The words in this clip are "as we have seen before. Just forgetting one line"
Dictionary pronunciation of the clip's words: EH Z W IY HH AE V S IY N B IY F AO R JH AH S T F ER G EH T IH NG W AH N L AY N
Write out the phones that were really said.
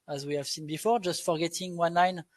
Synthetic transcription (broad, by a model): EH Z W IY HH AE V S IY N B IY F AO R JH AH S T F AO G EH T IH NG W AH N AY N